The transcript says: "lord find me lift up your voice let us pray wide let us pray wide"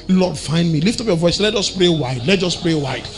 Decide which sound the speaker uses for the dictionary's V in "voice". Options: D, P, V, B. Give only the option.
V